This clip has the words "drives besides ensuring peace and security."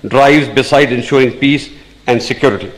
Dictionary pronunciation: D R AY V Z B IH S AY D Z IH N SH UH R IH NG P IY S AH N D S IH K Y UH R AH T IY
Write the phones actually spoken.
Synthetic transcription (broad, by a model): D R AY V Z B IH S AY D IH N SH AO R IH NG P IY S AH N D S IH K Y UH R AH T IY